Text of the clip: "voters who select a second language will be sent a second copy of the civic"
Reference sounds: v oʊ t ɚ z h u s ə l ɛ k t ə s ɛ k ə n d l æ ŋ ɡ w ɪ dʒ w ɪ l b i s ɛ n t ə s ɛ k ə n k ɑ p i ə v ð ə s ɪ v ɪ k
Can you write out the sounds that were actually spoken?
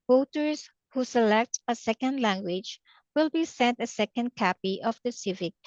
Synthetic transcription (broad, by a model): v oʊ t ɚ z h u s ə l ɛ k t ə s ɛ k ə n d l æ ŋ ɡ w ɪ dʒ w ɪ l b i s ɛ n t ə s ɛ k ə n k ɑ p i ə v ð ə s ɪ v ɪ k